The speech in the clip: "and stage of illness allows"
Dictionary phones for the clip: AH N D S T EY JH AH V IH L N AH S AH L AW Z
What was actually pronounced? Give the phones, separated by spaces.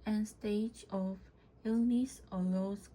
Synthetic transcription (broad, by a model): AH N S T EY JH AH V IH L N AH S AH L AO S